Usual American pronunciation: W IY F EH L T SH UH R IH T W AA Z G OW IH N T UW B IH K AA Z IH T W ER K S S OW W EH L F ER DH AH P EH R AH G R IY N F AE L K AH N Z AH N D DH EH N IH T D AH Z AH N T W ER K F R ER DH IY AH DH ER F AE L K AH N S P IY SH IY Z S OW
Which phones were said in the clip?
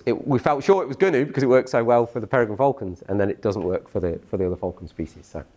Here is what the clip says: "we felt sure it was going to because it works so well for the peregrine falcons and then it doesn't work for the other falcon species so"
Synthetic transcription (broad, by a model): W IY F EH L T SH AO R IH T W AA Z G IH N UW B IH K AA Z IH T W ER K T S OW W EH L F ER DH AH P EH R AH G AH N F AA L K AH N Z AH N DH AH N IH T D AH Z AH N T W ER K F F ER DH IY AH DH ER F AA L K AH N S P IY SH IY Z S OW